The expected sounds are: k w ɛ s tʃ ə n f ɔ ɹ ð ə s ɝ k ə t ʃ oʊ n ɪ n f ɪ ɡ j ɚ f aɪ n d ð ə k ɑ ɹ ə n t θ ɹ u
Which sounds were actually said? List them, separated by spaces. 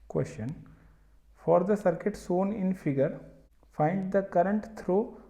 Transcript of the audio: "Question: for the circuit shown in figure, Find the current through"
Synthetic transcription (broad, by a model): k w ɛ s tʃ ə n f ɔ ɹ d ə s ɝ k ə t s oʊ n ɪ n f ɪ ɡ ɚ f aɪ n d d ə k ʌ ɹ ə n t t ɹ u